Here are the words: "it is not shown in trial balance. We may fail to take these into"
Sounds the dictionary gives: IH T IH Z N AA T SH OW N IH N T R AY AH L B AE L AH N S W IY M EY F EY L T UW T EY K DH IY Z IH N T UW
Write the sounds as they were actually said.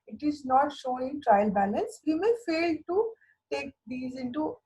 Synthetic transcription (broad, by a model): IH T IH Z N AA T SH OW N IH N T R AY AH L B AE L AH N S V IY M EY F EY L T UW T EY K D IY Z IH N T UW